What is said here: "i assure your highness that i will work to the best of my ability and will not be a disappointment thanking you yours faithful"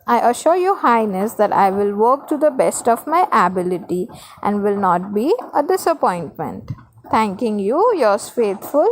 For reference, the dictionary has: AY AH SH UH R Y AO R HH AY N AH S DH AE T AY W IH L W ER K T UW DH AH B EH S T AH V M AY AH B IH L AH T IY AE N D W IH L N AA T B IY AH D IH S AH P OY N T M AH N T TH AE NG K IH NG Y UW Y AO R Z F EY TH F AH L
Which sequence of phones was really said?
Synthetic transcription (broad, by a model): AY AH SH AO R Y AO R HH AY N AH S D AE T AY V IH L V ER K T UW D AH B EH S T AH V M AY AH B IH L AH T IY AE N D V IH L N AA T B IY AH D IH S AH P OY N T M AH N T T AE NG K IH NG Y UW Y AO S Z F EY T F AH L